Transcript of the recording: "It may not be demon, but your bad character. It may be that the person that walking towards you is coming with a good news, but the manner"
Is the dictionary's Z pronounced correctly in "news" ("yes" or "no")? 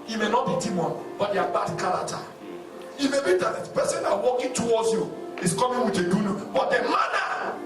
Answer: no